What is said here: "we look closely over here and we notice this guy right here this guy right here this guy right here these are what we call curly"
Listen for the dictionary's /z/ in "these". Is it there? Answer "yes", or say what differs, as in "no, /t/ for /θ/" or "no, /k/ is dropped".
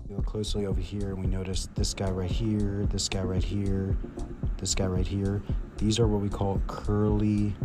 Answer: yes